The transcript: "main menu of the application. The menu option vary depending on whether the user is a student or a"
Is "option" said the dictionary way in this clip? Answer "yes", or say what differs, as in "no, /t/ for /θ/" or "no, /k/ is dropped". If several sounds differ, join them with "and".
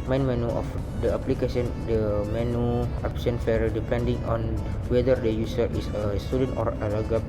no, /s/ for /ʃ/